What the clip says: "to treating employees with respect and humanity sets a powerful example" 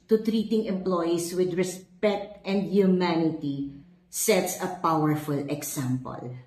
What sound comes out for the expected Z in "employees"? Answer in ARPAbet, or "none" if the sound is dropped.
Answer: S